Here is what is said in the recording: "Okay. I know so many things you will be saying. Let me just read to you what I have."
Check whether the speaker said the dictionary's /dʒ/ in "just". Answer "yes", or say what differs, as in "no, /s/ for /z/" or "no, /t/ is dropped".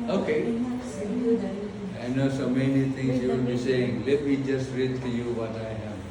yes